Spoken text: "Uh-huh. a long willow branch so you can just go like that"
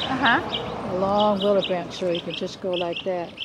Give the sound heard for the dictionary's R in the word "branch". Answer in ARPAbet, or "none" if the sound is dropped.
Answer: none